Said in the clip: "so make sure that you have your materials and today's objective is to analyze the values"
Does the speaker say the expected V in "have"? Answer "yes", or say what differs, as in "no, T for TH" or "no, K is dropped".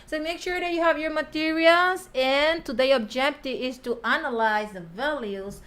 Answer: yes